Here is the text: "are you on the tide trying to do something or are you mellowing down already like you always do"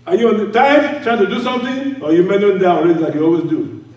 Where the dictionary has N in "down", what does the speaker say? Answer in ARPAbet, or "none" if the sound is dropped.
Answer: none